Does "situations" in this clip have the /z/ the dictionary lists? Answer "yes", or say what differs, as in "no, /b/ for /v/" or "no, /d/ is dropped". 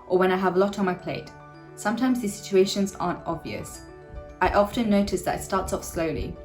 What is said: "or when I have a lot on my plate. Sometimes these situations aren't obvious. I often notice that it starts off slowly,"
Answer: yes